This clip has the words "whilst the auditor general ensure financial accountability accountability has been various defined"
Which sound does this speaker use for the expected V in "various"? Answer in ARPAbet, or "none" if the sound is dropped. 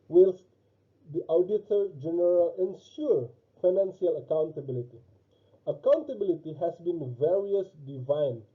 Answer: V